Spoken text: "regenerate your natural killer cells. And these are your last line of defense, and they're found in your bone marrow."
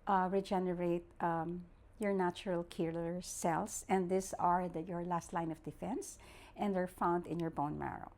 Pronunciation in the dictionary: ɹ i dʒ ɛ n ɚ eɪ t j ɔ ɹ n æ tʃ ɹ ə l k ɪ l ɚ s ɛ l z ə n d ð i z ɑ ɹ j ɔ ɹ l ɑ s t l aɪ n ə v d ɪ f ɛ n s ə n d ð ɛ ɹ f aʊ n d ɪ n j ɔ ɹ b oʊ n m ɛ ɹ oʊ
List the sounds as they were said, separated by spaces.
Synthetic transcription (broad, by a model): ɹ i dʒ ɛ n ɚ eɪ t j ɔ ɹ n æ tʃ ɹ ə l k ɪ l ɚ s ɛ l s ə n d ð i s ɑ ɹ j ɔ ɹ l ɑ s t l aɪ n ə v d ɪ f ɛ n s ə n d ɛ ɹ f aʊ n d ɪ n j ɔ ɹ b oʊ n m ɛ ɹ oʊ